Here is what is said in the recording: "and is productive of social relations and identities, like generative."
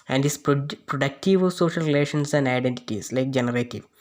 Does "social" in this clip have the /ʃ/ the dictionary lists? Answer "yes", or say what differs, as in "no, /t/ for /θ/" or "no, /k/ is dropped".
yes